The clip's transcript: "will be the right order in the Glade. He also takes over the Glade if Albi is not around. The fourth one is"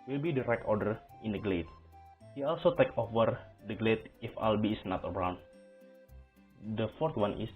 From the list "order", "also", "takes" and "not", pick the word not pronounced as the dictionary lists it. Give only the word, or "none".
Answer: takes